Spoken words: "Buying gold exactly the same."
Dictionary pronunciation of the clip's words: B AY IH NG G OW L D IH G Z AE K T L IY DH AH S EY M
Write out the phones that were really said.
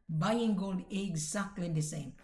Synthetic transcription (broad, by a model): B AY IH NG G OW L D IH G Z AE K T L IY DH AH S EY M